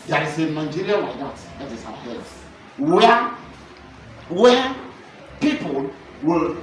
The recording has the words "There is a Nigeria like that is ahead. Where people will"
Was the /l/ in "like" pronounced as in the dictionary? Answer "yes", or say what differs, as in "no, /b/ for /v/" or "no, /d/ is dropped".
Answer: no, /w/ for /l/